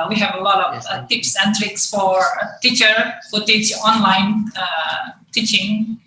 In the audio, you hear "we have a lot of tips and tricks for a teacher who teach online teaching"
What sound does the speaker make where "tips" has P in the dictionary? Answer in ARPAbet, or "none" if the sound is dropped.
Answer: P